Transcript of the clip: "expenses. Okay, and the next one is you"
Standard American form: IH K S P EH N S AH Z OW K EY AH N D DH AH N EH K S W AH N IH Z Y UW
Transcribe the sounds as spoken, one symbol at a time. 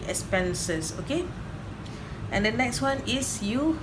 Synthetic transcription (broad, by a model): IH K S P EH N S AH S OW K EY AH N D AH N EH K S W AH N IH S Y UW